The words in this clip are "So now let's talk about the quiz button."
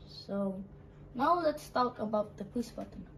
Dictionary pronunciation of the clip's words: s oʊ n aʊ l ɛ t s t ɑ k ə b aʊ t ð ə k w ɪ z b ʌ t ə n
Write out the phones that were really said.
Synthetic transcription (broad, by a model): s oʊ n aʊ l ɛ t s t ɑ k ə b aʊ t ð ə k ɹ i s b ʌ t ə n